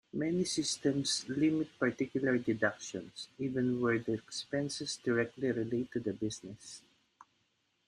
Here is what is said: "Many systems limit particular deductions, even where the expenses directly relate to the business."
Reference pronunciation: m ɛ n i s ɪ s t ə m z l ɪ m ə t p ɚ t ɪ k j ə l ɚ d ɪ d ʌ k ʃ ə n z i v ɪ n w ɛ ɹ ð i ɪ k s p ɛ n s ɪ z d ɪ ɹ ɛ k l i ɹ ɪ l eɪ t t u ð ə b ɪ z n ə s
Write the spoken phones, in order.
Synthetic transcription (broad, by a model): m ɛ n i s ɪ s t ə m s l ɪ m ə t p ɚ t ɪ k j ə l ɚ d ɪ d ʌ k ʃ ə n s i v ɪ n w ɛ ɹ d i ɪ k s p ɛ n s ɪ s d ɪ ɹ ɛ k l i ɹ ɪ l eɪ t t u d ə b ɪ s n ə s